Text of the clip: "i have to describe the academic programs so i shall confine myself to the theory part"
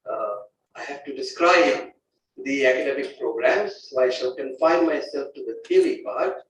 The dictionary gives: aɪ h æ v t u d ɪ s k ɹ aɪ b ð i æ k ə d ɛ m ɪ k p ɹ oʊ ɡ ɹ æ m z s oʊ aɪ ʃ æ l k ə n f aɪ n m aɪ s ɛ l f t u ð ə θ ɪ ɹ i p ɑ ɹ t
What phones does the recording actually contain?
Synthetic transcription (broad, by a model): aɪ h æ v t u d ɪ s k ɹ aɪ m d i æ k ə d ɛ m ɪ k p ɹ oʊ ɡ ɹ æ m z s oʊ aɪ ʃ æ l k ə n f aɪ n m aɪ s ɛ l f t u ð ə t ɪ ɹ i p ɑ ɹ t